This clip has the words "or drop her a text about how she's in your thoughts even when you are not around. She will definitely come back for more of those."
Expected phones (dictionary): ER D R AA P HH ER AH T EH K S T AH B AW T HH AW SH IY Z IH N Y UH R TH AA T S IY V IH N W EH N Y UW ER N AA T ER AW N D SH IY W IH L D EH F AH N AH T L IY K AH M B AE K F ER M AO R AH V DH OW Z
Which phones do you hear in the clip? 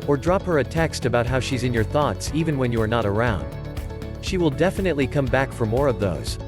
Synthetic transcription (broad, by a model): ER D R AA P HH ER AH T EH K S T AH B AW T HH AW SH IY Z IH N Y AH R TH AA T S IY V IH N W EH N Y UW ER N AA T ER AW N D SH IY W IH L D EH F AH N AH T L IY K AH M B AE K F ER M AO R AH V DH OW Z